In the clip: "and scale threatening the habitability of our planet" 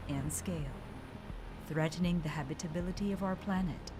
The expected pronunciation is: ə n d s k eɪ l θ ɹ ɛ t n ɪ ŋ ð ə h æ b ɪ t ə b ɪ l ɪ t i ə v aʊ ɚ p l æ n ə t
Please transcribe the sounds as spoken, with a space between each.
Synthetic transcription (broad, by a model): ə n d s k eɪ l θ ɹ ɛ t n ɪ ŋ ð ə h æ b ɪ t ə b ɪ l ɪ t i ə v aʊ ɚ p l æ n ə t